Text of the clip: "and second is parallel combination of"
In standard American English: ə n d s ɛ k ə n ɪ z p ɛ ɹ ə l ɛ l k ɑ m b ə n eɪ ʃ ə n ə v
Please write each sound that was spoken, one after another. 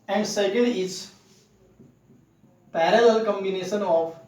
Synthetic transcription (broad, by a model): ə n d s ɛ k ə l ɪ s p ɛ ɹ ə l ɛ l k ɑ m b ə n eɪ ʃ ə n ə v